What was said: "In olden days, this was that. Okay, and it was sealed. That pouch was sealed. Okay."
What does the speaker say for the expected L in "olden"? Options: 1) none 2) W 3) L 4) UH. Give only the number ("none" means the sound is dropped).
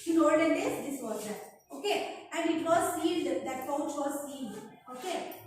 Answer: 1